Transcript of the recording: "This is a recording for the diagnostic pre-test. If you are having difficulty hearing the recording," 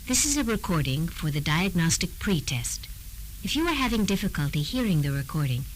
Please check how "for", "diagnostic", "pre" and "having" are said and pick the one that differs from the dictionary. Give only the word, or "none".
none